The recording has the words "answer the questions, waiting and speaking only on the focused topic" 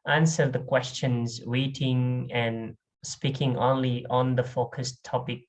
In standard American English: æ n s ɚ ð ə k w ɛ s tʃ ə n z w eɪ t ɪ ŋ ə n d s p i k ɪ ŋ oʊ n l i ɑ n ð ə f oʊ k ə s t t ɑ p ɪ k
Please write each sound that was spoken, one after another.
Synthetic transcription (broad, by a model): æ n s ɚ ð ə k w ɛ s tʃ ə n z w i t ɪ ŋ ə n s p i k ɪ ŋ oʊ n l i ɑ n ð ə f oʊ k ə s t t ɑ p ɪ k